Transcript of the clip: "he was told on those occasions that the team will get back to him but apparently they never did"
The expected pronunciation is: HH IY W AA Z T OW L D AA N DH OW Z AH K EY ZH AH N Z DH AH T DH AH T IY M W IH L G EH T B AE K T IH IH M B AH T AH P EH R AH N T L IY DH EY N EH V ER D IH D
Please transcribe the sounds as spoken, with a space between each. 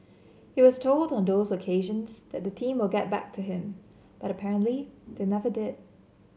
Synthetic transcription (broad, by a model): HH IY W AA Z T OW L D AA N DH OW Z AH K EY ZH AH N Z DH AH T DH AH T IY M W IH L G EH T B AE K T IH IH M B AH T AH P EH R AH N T L IY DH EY N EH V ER D IH D